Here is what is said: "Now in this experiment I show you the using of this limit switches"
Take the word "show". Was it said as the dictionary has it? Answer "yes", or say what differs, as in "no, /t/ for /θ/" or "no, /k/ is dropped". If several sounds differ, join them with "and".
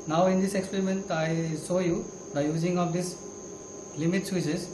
no, /s/ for /ʃ/